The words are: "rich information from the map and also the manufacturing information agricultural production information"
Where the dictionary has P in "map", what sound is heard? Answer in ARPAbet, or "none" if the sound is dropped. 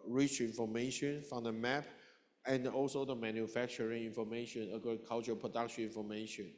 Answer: P